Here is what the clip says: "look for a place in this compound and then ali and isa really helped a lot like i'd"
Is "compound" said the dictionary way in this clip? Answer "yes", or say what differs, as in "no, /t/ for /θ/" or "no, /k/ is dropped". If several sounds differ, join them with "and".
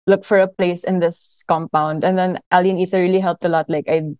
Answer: yes